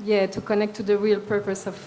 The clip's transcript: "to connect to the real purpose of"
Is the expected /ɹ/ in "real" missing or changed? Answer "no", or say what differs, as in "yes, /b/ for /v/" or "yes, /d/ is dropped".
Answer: no